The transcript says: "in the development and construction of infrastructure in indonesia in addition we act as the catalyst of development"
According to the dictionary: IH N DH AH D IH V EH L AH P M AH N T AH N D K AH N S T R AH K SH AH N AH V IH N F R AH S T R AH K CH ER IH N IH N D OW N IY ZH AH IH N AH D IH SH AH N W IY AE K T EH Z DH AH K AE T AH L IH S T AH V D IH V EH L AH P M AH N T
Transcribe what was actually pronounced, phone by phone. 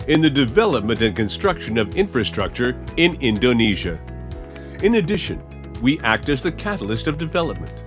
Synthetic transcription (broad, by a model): IH N DH AH D IH V EH L AH P M AH N T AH N K AH N S T R AH K SH AH N AH V IH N F R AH S T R AH K CH ER IH N IH N D OW N IY ZH AH IH N AH D IH SH AH N W IY AE K T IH Z DH AH K AE T L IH S T AH V D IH V EH L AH P M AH N T